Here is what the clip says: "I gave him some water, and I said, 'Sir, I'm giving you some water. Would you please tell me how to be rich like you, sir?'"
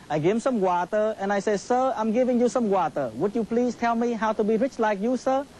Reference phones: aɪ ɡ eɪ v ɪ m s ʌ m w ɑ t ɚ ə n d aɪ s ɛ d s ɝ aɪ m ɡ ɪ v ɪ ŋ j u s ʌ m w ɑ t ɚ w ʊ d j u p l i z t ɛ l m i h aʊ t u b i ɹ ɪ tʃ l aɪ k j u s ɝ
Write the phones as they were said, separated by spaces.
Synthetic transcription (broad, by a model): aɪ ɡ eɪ ɪ m s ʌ m w ɑ t ɚ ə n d aɪ s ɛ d s ɝ aɪ m ɡ ɪ v ɪ ŋ j u s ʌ m w ɑ t ɚ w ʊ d j u p l i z t ɛ l m i h aʊ t u b i ɹ ɪ tʃ l aɪ k j u s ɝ